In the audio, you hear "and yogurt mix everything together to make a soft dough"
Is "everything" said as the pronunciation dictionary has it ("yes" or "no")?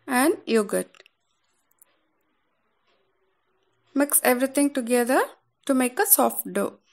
no